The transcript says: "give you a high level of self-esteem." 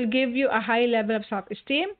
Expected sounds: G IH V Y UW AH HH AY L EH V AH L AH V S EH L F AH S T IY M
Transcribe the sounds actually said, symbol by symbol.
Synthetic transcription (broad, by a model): G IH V Y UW AH HH AY L EH V AH L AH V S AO F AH S T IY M